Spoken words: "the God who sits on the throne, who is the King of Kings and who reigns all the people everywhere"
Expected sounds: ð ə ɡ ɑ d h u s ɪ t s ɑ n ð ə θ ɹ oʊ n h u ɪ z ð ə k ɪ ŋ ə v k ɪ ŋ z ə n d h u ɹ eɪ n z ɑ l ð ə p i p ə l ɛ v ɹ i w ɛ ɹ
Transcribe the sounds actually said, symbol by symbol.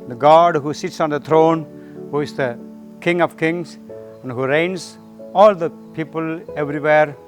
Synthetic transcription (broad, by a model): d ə ɡ ɑ d h u s ɪ t s ɑ n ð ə t ɹ oʊ n h u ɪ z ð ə k ɪ ŋ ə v k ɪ ŋ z ə n d h u ɹ eɪ n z ɑ l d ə p i p ə l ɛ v ɹ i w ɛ ɹ